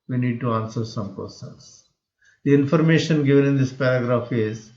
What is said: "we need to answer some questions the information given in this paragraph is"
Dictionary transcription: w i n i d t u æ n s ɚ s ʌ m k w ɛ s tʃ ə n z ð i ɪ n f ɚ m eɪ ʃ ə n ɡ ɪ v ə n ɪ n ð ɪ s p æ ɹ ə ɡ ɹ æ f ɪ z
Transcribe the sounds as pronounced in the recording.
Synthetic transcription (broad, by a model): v i n i d t u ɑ n s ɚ s ʌ m k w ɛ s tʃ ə n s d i ɪ n f ɚ m eɪ ʃ ə n ɡ ɪ v ə n ɪ n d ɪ s p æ ɹ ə ɡ ɹ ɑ f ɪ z